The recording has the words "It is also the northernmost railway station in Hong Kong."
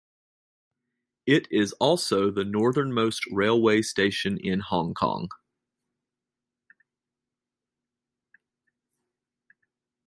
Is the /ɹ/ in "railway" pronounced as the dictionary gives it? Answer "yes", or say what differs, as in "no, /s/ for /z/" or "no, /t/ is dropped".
yes